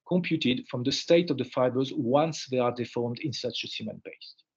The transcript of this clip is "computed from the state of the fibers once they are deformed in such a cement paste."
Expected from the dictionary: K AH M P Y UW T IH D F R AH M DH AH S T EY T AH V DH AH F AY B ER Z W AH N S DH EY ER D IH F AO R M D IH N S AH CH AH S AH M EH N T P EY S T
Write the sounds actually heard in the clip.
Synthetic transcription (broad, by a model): K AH M P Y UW T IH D F R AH M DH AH S T EY T AH V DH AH F AY B ER Z W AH N S DH EY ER D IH F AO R M D IH N S AH CH AH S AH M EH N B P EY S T